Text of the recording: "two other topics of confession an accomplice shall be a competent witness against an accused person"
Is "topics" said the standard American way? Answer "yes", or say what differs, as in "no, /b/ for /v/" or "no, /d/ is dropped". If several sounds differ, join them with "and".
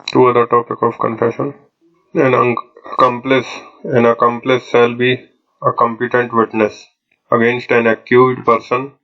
no, /s/ is dropped